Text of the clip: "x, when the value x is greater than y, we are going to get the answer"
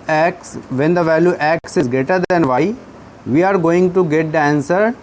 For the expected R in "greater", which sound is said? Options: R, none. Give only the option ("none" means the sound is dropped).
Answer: none